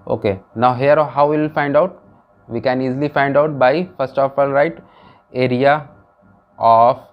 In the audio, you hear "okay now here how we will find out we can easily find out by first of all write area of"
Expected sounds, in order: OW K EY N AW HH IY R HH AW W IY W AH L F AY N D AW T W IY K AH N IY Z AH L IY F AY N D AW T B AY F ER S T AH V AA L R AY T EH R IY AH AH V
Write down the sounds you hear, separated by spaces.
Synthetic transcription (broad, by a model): OW K EY N AW HH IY R HH AW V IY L F AY N D AW T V IY K AH N IY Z L IY F AY N D AW T B AY F ER S T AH F AA L R AY T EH R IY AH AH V